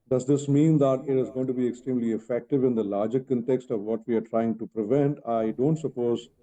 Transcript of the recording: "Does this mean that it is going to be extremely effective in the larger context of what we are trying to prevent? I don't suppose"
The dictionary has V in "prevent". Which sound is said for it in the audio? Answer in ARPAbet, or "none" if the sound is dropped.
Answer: V